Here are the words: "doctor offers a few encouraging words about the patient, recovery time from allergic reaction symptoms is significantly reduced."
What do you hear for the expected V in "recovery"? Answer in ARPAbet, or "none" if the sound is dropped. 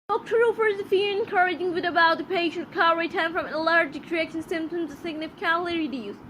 none